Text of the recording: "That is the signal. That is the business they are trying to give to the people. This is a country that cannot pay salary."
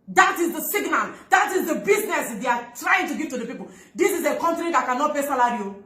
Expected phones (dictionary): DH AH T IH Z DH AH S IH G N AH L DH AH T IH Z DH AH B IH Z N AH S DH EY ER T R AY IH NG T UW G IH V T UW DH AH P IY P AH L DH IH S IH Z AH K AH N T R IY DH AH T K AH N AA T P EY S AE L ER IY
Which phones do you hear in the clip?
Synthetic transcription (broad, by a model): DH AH T IH Z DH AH S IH G N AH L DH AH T IH Z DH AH B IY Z N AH S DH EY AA T R AY IH NG T UW G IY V T UW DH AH P IY P AH L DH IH S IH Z AH K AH N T R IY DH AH T K AH N AA T B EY S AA L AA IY